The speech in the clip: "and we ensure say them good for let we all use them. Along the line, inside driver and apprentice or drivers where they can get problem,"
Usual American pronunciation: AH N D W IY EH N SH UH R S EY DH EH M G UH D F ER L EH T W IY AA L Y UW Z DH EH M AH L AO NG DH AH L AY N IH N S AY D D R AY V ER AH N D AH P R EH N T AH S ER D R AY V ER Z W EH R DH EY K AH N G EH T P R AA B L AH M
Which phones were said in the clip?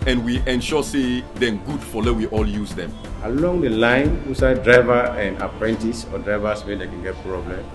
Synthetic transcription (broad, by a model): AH N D W IY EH N SH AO S EY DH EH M G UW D F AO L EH W IY AA L Y UW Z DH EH M AH L AO NG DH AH L AY N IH S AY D D R AY V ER AH N D AH P R EH N T AH S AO D R AY V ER S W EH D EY K AH N G EH T P R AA B L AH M